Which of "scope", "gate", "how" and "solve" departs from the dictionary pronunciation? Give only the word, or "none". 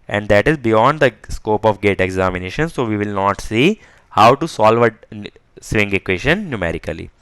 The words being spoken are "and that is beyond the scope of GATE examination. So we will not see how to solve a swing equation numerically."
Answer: none